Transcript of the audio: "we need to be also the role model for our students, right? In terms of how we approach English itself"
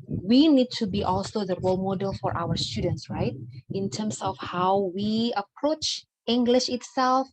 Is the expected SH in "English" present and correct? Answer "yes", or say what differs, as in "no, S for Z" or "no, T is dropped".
yes